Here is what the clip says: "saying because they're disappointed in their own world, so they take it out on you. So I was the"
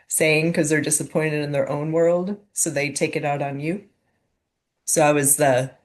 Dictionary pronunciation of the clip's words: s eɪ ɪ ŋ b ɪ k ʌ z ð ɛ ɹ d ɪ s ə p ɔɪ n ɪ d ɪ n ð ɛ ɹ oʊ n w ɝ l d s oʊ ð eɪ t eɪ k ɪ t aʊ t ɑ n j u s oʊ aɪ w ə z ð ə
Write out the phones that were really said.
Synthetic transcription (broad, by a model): s eɪ ɪ ŋ k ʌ z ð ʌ ɹ d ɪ s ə p ɔɪ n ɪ d ɪ n ð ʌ ɹ oʊ n w ɝ l d s oʊ ð eɪ t eɪ k ɪ t aʊ t n j u s oʊ aɪ w ə z ð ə